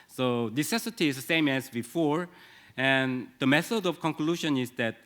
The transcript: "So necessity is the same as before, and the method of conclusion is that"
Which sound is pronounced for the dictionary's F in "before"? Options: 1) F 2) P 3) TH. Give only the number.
1